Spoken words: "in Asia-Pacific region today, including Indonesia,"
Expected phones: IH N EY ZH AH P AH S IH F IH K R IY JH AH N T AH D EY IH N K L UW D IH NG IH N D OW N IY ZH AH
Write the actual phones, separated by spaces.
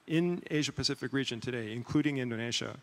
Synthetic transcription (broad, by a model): IH N EY ZH AH P AH S IH F IH K R IY JH AH N T AH D EY IH N K L UW D IH NG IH N D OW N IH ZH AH